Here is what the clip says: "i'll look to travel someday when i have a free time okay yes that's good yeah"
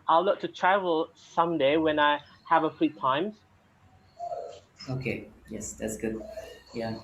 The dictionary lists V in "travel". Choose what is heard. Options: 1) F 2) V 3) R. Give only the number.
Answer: 2